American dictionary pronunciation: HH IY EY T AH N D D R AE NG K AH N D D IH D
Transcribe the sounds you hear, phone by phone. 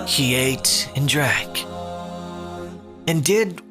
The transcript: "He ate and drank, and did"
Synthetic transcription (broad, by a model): HH IY EY T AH N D D R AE K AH N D D IH D